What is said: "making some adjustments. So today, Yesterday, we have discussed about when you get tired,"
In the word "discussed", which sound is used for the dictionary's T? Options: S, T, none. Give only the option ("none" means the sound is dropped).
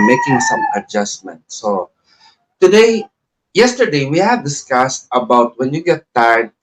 T